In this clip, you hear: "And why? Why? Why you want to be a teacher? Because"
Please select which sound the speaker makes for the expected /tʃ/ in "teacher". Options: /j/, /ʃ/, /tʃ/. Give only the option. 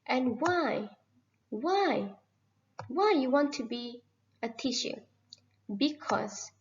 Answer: /ʃ/